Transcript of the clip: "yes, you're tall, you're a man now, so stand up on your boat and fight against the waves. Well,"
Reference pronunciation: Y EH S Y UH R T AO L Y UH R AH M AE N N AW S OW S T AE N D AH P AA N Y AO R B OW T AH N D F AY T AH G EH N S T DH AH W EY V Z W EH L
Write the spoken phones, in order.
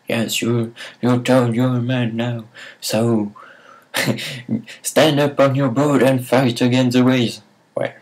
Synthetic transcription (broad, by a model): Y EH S Y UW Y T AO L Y AH M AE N N AW S OW S T AE N D AH P AA N Y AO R B OW T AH N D F AY T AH G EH N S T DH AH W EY Z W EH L